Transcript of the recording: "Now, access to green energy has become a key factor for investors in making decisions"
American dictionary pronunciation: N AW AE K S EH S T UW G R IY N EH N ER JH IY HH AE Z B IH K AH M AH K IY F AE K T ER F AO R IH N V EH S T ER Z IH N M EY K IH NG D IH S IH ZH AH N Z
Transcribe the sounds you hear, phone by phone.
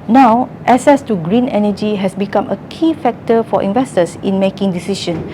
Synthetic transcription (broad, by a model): N AW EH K S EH S T UW G R IY N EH N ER JH IY HH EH S B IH K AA M AH K IY F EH K T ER F AO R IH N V EH S T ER S IH N M EY K IH NG D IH S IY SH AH N